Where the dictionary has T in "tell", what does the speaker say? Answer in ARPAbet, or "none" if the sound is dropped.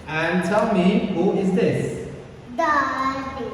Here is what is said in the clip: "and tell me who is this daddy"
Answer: S